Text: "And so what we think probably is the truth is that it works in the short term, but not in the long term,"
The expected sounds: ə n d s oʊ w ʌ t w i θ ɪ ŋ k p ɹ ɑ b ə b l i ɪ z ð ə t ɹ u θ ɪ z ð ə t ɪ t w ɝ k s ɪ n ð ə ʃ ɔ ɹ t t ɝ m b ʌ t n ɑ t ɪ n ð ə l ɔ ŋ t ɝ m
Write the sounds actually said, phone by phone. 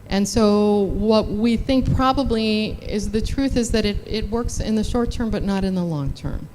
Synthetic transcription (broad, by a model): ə n s oʊ w ʌ t w i θ ɪ ŋ k p ɹ ɑ b ə b l i ɪ z ð ə t ɹ u θ ɪ z ð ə t ɪ t w ɝ k s ɪ n ð ə ʃ ɔ ɹ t t ɝ m b ʌ t n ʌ t ɪ n ð ə l ɔ ŋ t ɝ m